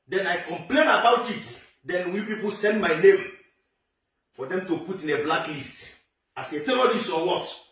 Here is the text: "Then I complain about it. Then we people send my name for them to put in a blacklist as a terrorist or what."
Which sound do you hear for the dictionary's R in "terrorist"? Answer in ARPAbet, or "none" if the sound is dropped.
L